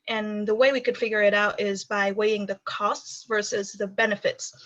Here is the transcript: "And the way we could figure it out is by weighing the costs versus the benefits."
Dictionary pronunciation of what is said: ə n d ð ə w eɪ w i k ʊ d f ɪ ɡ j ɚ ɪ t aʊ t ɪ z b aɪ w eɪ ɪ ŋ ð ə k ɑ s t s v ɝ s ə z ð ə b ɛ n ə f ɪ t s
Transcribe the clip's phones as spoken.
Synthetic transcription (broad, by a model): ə n ð ə w eɪ w i k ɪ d f ɪ ɡ j ɚ ɪ t aʊ t ɪ z b aɪ w eɪ ɪ ŋ ð ə k ɑ s t s v ɝ s ə z ð ə b ɛ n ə f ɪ t s